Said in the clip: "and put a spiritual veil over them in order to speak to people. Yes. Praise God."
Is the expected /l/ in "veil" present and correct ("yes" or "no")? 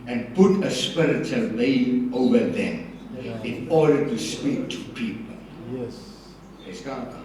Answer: no